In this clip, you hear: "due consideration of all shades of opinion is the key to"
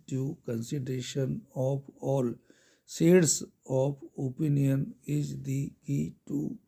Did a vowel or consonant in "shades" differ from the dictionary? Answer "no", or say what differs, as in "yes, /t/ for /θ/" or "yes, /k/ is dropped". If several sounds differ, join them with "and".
yes, /s/ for /ʃ/